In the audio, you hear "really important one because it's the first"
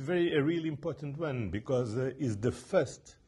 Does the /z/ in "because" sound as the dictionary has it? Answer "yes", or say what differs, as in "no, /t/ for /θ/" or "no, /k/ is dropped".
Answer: yes